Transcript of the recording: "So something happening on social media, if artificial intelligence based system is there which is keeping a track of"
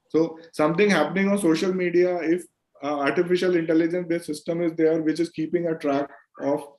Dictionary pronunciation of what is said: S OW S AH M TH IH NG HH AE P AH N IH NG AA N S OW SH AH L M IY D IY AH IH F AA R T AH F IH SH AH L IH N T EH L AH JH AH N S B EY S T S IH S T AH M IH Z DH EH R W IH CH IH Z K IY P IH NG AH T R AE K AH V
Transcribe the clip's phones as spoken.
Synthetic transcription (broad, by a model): S OW S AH M T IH NG HH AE P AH N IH NG AA N S OW SH AH L M IY D IY AH IH F AA R T AH F IH SH AH L IH N T EH L AH JH AH N S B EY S S IH S T AH M IH Z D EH R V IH CH IH Z K IY P IH NG AH T R AE K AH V